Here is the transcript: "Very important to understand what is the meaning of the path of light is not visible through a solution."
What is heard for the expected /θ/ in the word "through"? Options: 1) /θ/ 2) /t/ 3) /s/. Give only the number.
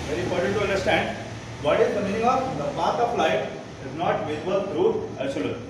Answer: 2